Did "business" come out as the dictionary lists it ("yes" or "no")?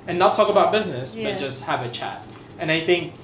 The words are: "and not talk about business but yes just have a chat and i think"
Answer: yes